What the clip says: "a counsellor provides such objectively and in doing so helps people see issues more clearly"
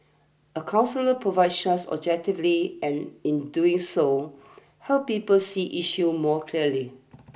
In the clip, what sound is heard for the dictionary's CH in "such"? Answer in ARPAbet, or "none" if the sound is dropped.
S